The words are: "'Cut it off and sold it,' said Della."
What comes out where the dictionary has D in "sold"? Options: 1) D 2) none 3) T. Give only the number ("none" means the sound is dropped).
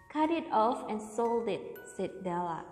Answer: 1